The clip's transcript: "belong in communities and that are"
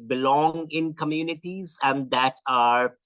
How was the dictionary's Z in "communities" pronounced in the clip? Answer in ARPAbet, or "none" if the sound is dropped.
Z